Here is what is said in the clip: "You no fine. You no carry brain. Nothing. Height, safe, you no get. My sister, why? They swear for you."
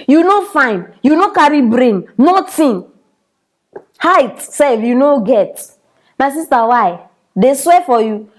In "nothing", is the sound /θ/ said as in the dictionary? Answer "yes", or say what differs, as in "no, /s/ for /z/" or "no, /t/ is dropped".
no, /t/ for /θ/